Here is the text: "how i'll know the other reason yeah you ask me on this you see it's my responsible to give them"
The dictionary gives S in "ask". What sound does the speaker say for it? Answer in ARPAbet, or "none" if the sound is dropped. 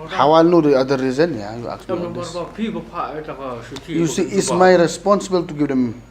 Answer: none